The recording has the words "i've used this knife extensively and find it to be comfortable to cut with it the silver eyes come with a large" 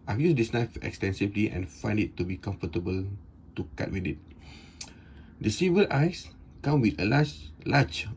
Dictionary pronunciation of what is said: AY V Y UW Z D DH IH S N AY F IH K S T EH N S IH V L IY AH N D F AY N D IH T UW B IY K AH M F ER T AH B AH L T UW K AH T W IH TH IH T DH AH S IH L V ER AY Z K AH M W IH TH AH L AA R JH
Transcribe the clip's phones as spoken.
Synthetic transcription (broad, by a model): AY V Y UW S D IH S N AY F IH K S T EH N S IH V L IY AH N F AY N D IH T UW B IY K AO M F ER T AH B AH L T UW K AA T W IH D IH T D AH S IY V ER AY S K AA M W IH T AH L AA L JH